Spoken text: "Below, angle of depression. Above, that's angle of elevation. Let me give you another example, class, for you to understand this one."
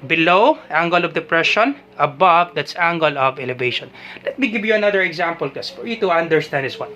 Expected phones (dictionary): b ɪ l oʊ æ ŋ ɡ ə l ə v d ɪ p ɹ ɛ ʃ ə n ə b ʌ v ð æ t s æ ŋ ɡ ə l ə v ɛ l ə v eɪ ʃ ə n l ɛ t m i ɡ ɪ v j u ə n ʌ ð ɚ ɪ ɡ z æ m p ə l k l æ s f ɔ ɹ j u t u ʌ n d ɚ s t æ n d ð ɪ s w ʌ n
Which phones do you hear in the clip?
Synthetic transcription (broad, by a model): b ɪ l oʊ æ ŋ ɡ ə l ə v d ɪ p ɹ ɛ ʃ ə n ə b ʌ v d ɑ t s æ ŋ ɡ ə l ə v ɛ l ə v eɪ ʃ ə n l ɛ t m i ɡ ɪ v j u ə n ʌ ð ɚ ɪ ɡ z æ m p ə l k ɛ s f ɔ ɹ j u t u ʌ n d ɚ s t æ n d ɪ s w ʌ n